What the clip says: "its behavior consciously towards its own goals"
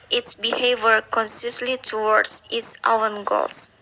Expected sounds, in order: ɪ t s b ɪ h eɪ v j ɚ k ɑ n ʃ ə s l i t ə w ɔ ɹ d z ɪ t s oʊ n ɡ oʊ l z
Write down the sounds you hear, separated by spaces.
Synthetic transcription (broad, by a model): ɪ t s b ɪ h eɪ v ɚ k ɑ n s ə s l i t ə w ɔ ɹ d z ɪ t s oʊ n ɡ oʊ l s